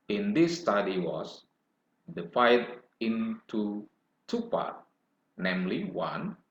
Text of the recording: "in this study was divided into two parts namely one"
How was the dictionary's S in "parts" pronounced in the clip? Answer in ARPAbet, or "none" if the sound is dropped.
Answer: none